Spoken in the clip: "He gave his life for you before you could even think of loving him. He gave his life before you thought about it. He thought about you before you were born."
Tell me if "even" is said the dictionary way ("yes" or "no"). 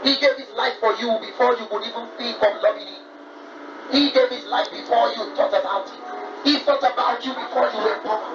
yes